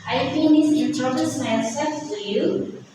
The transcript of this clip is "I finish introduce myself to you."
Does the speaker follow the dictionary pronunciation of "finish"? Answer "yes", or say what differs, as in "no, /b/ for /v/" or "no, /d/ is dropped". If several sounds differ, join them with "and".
no, /s/ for /ʃ/